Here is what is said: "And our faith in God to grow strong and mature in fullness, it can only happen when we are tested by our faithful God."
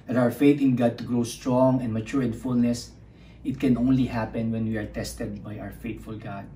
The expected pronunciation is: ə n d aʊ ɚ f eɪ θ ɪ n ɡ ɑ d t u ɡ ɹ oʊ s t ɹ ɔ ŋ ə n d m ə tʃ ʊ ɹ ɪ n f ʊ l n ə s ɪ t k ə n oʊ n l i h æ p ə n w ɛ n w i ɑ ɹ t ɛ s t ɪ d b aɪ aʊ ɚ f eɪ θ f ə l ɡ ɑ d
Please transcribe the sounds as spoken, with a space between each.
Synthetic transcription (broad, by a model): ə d aʊ ɚ f eɪ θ ɪ n ɡ ɑ d t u ɡ ɹ oʊ s t ɹ ɔ ŋ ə n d m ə tʃ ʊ ɹ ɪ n f ʊ l n ə s ɪ t k ə n oʊ n l i h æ p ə n w ɛ n w i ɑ ɹ t ɛ s t ɪ d b aɪ aʊ ɚ f eɪ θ f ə l ɡ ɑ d